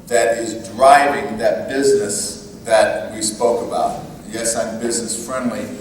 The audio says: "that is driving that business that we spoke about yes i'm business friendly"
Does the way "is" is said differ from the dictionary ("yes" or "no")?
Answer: no